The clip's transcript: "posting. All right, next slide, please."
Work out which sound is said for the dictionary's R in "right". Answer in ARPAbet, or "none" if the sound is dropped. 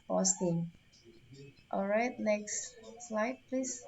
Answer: R